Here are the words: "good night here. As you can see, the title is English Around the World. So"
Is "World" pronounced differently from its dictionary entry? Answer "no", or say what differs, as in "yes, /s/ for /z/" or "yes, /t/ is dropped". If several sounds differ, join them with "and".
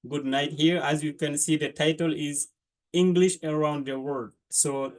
yes, /l/ is dropped